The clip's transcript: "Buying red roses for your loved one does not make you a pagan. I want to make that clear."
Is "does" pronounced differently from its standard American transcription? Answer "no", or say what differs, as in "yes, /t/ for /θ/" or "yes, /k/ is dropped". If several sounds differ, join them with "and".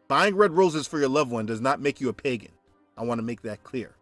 no